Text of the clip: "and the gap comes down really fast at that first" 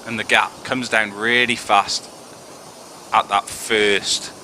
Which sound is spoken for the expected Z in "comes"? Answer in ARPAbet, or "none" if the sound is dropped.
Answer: Z